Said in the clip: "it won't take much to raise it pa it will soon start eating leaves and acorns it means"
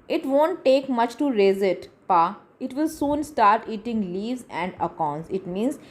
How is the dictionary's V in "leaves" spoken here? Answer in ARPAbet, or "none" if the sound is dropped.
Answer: V